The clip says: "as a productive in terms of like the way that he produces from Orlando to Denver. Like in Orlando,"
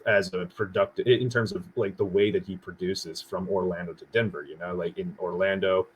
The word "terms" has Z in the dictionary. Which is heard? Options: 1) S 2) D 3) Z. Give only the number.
3